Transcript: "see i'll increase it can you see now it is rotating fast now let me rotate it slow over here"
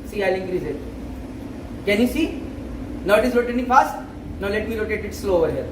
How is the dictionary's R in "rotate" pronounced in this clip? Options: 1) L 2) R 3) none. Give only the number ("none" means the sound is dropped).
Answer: 1